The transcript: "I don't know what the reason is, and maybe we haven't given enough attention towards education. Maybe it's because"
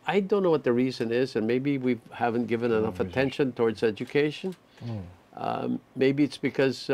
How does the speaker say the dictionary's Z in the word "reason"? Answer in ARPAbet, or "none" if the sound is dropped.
Z